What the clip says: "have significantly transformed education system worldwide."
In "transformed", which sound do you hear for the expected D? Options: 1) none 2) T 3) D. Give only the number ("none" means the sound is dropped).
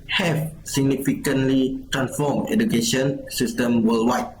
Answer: 1